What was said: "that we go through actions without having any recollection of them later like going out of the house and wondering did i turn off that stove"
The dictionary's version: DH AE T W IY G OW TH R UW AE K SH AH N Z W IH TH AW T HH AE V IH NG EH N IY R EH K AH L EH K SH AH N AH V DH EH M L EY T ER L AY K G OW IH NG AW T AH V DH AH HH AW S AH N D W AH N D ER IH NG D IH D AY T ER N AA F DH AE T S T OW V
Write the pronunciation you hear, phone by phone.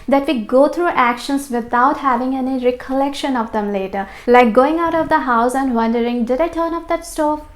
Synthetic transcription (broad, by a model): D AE T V IY G OW T R UW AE K SH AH N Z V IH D AW T HH AE V IH NG EH N IY R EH K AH L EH K SH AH N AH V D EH M L EY T ER L AY K G OW IH NG AW T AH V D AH HH AW S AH N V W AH N D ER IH NG D IH D AY T ER N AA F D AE T S T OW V